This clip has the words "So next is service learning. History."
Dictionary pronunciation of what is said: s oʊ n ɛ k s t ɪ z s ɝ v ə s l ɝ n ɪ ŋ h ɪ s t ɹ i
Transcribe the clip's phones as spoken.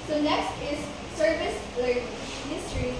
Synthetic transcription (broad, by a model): s oʊ n ɛ k s t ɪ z s ɝ v ə s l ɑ ɪ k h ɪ s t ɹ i